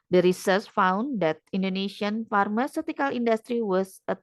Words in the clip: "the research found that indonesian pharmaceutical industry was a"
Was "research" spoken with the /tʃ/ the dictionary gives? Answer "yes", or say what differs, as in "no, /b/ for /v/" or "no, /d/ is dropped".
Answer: no, /s/ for /tʃ/